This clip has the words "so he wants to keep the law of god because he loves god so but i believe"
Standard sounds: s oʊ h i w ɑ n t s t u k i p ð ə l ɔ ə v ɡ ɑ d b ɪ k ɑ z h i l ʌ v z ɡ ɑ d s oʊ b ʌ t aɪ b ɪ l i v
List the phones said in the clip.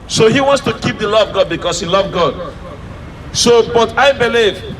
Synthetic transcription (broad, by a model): s oʊ h i w ɑ n t s t u k i p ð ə l ɔ ə v ɡ ɑ d b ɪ k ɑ s h i l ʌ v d ɡ ɑ d s oʊ b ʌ t aɪ b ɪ l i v